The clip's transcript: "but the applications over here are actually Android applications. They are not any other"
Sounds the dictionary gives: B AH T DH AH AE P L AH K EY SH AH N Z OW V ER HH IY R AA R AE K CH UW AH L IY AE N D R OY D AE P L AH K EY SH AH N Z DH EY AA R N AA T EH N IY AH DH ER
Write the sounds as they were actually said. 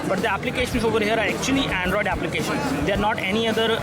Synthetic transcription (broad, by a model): B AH T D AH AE P L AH K EY SH AH N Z OW V ER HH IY R AA R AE K CH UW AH L IY AE N D R OY D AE P L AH K EY SH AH N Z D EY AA R N AA T EH N IY AH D ER